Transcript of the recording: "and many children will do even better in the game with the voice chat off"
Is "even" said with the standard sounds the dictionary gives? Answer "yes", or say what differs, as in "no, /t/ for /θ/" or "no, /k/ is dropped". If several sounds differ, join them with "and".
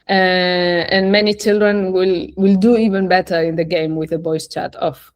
yes